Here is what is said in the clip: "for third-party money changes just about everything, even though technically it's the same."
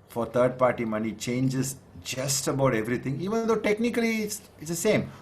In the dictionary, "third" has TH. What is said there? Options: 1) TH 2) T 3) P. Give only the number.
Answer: 2